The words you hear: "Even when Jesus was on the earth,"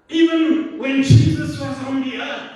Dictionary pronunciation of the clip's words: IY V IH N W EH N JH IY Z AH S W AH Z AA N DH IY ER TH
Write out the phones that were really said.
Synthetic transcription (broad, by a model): IY V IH N W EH N JH IY Z AH S W AH Z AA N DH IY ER